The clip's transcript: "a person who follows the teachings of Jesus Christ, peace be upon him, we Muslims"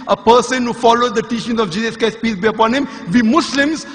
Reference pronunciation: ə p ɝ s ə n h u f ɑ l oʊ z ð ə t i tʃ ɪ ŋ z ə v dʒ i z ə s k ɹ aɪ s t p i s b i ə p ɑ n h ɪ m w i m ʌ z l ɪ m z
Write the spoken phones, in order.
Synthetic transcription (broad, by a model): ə p ɝ s ə n h u f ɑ l oʊ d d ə t i tʃ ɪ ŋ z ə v dʒ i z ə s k aɪ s p i s b i ə p ɑ n h ɪ m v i m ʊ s l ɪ m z